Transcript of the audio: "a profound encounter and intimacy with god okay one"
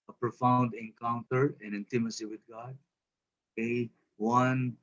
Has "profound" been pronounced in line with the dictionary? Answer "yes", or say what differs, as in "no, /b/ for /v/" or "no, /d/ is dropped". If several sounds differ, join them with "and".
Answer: yes